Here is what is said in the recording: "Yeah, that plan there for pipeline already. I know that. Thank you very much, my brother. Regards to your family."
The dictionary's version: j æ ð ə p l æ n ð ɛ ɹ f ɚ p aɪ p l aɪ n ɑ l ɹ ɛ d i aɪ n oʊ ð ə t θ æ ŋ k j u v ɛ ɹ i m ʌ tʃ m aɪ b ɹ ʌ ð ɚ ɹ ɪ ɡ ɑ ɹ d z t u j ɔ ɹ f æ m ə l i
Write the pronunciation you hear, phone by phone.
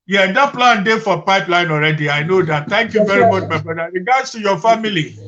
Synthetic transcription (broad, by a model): j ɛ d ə p l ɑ n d ɛ f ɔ p aɪ p l aɪ n ɑ l ɹ ɛ d i aɪ n oʊ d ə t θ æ ŋ k j u v ɛ ɹ i m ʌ tʃ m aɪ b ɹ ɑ ɪ ɹ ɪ ɡ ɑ d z t u j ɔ f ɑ m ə l i